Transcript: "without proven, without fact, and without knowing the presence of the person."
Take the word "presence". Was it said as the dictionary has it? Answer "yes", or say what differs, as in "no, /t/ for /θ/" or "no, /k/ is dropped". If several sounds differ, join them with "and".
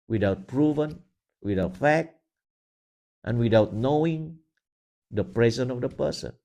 no, /s/ is dropped